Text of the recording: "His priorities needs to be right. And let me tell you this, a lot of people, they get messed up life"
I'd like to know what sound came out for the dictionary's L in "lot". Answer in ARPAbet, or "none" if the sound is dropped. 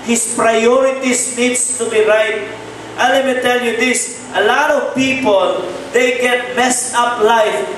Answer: L